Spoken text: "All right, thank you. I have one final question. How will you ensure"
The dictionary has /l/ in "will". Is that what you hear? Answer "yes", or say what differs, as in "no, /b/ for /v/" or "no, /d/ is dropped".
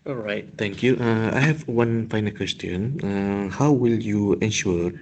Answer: yes